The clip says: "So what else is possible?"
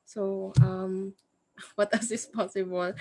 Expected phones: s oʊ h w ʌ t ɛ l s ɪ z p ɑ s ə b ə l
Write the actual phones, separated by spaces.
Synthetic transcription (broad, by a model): s oʊ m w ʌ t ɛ s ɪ s p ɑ s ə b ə l